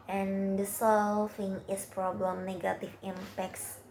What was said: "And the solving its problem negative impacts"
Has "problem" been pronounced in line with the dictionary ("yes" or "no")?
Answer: yes